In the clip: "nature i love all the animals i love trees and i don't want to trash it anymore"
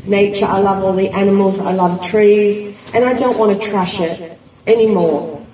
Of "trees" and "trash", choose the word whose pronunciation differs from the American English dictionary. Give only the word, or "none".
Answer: none